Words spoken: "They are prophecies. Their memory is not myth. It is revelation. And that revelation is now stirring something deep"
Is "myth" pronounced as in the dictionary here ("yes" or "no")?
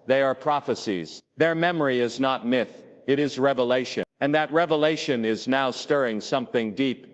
yes